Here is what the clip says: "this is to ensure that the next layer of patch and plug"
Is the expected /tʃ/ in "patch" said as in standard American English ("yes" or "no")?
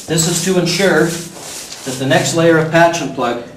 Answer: yes